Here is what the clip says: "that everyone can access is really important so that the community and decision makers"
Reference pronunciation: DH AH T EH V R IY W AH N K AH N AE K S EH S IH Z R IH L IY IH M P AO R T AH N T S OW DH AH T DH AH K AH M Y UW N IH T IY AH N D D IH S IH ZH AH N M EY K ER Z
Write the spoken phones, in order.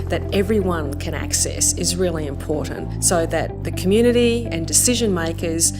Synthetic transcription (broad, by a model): DH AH T EH V R IY W AH N K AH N AE K S EH S IH Z R IH L IY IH M P AO R T N T S OW DH AH T DH AH K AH M Y UW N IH T IY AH N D D IH S IH ZH AH N M EY K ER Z